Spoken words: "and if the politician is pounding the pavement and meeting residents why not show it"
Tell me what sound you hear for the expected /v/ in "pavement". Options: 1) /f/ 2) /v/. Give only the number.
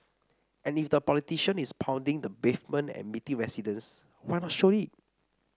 1